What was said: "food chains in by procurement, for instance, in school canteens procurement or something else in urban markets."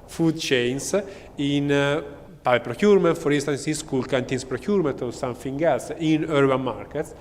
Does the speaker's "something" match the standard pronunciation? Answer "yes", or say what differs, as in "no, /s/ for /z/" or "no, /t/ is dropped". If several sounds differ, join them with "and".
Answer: no, /f/ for /θ/